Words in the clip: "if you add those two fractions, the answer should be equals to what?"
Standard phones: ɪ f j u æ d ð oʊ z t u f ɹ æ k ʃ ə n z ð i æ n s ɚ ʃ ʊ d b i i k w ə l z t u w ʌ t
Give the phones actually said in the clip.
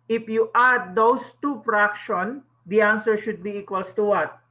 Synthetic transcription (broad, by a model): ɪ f j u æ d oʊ s t u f ɹ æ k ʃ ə n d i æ n s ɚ ʃ ʊ d b i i k w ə l s t u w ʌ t